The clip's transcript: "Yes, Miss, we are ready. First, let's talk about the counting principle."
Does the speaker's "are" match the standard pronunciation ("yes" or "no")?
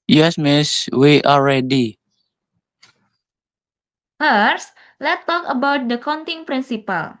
no